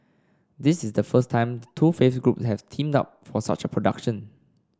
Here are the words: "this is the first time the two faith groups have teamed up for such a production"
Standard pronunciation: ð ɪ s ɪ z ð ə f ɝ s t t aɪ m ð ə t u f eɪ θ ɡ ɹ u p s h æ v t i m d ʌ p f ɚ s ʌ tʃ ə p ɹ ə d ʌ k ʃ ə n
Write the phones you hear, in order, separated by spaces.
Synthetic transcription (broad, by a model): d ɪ s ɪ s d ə f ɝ s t t aɪ m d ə t u f eɪ f ɡ ɹ u p s h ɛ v t i m d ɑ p f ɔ s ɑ tʃ ə p ɹ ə d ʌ k ʃ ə n